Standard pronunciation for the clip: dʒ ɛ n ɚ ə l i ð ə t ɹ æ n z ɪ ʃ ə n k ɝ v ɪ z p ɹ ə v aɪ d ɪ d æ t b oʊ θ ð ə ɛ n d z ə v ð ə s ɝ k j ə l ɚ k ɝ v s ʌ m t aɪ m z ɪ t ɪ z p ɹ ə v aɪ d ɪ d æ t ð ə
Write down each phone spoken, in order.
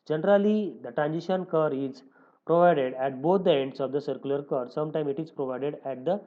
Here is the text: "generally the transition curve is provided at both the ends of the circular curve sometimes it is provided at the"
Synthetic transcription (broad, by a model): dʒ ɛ n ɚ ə l i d ə t ɹ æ n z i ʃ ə n k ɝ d ɪ z p ɹ ə v aɪ d ɪ d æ t b oʊ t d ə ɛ n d s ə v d ə s ɝ k j ə l ɚ k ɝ s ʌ m t aɪ m ɪ t ɪ z p ɹ ə v aɪ d ɪ d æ t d ə